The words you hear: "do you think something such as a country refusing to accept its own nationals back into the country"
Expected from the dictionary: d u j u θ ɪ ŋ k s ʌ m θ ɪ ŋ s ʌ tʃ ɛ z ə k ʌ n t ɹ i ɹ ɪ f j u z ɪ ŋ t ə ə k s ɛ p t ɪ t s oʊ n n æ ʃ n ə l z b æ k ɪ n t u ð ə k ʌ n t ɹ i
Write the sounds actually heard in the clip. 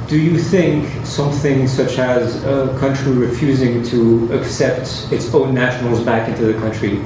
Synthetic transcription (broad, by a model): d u j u θ ɪ ŋ k s ʌ m θ ɪ ŋ s ʌ tʃ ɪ z ə k ʌ n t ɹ i ɹ ɪ f j u z ɪ ŋ t ə ə k s ɛ p t ɪ t s oʊ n n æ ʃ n l z b æ k ɪ n t u ð ə k ʌ n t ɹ i